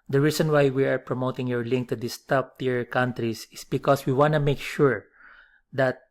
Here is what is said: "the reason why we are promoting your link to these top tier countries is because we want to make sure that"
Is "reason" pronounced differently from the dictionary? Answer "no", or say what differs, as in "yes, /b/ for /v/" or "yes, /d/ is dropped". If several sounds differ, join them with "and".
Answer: yes, /s/ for /z/